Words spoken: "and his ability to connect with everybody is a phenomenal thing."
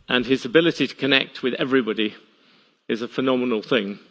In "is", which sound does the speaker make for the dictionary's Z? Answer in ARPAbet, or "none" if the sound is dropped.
Z